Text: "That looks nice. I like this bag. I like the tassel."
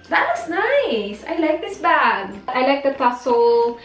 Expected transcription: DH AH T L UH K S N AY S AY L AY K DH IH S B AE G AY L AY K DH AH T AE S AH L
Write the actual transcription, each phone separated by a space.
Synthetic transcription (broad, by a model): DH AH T W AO S N AY S AY L AY K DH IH S B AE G AY L AY K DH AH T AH S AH L